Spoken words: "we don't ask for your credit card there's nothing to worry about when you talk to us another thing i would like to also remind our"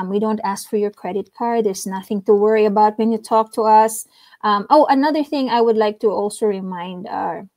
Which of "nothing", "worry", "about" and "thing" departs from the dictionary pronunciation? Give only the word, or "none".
none